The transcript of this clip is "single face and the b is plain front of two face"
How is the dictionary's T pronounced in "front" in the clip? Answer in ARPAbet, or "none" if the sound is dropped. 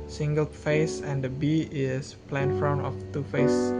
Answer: none